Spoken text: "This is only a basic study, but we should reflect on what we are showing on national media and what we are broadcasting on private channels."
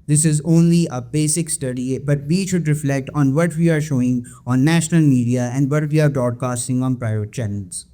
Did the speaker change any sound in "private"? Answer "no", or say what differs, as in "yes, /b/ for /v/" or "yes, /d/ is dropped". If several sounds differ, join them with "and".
yes, /v/ is dropped